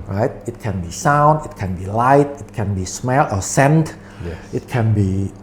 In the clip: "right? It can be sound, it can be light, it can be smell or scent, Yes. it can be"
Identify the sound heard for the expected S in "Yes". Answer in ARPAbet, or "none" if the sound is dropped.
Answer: none